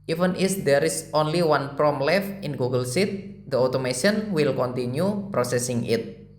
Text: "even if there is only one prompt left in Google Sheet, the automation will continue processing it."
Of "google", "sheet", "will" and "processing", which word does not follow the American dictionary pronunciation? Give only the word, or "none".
sheet